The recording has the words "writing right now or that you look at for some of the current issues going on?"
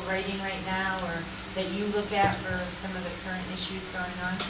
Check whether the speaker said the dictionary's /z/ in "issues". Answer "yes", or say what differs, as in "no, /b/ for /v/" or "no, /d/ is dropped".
yes